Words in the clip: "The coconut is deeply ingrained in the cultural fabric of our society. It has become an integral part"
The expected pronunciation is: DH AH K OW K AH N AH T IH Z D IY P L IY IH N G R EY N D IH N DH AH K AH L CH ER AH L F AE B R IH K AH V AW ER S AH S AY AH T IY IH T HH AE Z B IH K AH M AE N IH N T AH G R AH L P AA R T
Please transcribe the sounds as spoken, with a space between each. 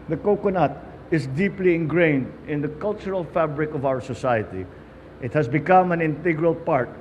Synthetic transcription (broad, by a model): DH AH K OW K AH N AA T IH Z D IY P L IY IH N G R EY N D IH N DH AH K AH L CH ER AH L F AE B R IH K AH V AW ER S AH S AY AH T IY IH T HH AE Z B IH K AH M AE N IH N T AH G R AH L P AA R T